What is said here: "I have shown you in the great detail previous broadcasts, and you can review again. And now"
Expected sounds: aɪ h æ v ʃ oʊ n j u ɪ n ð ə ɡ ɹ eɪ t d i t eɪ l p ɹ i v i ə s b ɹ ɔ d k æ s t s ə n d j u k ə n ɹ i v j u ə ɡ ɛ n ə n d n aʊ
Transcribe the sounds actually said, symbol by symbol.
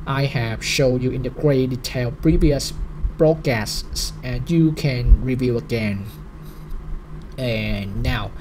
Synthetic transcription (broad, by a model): aɪ h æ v ʃ oʊ n j u ɪ n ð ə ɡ ɹ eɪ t d i t eɪ l p ɹ i v i ə s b ɹ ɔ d k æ s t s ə n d j u k ə n ɹ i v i ə ɡ ɛ n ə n n aʊ